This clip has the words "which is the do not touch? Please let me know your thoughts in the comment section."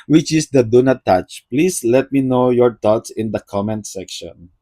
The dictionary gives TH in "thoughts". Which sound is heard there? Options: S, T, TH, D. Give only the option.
T